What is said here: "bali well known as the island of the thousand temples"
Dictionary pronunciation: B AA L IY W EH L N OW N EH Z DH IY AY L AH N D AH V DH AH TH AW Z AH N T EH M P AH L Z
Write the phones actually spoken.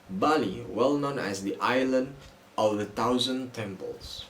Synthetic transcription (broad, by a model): B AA L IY W EH L N OW N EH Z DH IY AY L AH N D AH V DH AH T AW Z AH N T EH M P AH L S